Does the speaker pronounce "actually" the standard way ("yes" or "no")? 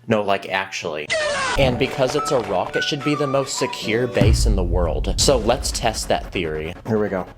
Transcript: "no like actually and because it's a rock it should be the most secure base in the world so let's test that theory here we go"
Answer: yes